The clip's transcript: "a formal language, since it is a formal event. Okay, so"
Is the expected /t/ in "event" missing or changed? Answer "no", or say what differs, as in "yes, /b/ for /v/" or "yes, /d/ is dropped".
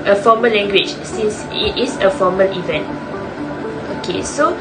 no